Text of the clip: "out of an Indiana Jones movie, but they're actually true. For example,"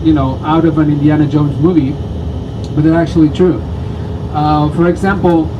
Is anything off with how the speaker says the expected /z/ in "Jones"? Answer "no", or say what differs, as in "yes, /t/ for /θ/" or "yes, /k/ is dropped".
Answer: no